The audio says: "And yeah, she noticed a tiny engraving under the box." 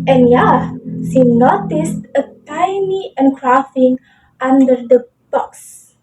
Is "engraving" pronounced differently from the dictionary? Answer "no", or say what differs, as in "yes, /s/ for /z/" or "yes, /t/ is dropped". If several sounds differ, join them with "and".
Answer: yes, /f/ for /v/